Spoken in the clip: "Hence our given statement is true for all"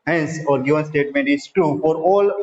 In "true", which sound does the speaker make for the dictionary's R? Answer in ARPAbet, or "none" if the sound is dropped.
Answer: none